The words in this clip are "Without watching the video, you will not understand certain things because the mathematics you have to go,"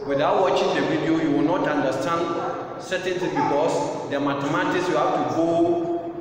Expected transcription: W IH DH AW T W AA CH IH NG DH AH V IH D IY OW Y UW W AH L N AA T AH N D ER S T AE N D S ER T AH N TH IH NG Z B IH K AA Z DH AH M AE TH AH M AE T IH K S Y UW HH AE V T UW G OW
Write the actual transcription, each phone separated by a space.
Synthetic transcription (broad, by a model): W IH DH AW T W AA CH IH NG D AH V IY D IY OW Y UW W AH L N AA T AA N D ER S T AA N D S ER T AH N T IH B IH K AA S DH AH M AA T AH M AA T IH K S Y UW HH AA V T UW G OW